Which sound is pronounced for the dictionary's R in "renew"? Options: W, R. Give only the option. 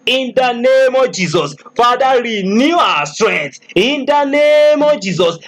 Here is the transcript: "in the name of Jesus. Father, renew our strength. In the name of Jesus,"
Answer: R